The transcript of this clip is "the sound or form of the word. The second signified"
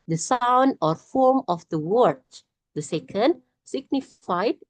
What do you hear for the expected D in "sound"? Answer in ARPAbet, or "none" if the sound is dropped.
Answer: D